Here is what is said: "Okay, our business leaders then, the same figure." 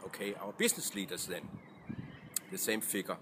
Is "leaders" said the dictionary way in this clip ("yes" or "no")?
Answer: no